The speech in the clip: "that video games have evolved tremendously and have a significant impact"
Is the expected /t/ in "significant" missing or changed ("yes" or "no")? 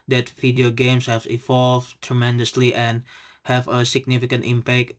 no